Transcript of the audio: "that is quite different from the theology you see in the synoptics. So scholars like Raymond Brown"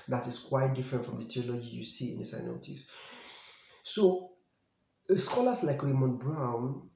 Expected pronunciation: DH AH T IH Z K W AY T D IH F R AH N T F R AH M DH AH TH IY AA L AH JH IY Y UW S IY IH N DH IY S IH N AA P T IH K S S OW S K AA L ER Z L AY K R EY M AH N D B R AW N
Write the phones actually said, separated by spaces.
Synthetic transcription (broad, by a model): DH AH T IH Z K W AY T D IH F R AH N T F R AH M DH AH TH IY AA L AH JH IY Y UW S IY IH N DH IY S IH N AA T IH S S OW S K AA L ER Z L AY K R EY M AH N B R AW N